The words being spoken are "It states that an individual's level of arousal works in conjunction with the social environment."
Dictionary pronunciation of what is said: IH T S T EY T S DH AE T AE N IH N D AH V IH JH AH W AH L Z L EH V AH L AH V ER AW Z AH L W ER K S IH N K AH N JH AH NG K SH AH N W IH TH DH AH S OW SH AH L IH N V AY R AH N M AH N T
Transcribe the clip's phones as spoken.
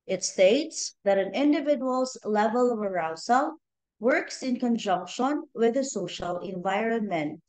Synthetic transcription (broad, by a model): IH T S T EY T S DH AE T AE N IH N D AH V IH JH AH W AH L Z L EH V AH L AH V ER AW S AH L W ER K S IH N K AH N JH AH NG K SH AH N W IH DH AH S OW SH AH L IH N V AY R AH N M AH N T